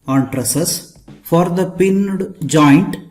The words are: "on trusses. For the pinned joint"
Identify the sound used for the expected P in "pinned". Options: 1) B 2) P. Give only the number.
2